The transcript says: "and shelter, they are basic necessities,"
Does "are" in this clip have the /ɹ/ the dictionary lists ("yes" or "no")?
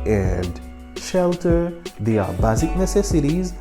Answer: no